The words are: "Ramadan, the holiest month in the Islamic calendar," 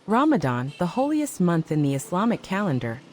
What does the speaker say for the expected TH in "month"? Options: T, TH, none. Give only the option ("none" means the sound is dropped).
TH